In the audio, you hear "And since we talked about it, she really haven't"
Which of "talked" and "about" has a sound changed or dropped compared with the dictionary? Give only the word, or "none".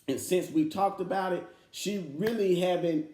none